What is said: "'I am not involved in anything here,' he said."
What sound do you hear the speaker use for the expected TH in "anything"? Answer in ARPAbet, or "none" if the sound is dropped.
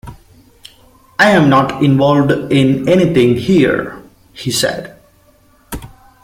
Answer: T